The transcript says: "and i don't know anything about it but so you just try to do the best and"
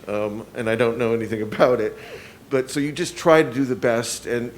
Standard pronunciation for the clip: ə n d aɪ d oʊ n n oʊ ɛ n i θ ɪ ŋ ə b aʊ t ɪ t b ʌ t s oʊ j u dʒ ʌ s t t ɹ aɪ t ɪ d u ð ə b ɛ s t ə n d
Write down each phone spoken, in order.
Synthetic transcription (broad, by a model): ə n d aɪ d oʊ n n oʊ ɛ n i θ ɪ ŋ ə b aʊ t ɪ t b ʌ t s oʊ j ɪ dʒ ʌ s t t ɹ aɪ t ɪ d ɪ ð ə b ɛ s t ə n